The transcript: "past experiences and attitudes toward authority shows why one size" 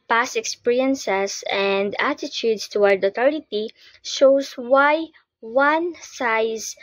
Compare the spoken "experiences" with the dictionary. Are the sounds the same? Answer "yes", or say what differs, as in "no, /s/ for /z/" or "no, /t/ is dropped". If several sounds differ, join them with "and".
no, /s/ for /z/